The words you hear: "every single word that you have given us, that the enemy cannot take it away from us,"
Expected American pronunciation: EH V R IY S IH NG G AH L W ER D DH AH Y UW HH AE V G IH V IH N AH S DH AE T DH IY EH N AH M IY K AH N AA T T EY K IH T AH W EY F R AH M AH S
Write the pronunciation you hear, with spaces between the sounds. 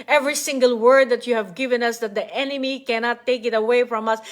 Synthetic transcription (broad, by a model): EH V R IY S IH NG G AH L W ER D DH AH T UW HH AE V G IH V IH N AH S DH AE T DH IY EH N AH M IY K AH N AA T T EY K IH T AH W EY F R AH M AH S